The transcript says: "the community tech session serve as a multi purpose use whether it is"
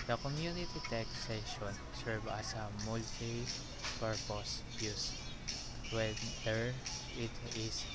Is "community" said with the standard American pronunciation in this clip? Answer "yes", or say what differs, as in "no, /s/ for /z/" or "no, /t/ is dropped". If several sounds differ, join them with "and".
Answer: yes